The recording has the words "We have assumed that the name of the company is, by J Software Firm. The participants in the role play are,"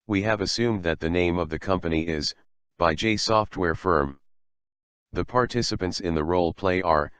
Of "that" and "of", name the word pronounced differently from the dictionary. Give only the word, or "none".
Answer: none